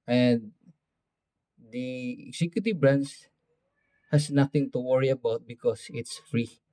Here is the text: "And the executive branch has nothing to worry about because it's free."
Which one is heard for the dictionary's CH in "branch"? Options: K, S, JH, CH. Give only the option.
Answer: S